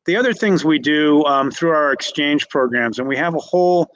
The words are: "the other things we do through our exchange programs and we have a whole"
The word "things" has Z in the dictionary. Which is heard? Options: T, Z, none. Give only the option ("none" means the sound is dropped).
Z